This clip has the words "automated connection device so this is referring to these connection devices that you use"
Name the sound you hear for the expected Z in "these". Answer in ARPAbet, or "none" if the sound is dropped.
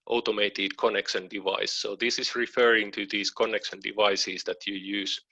S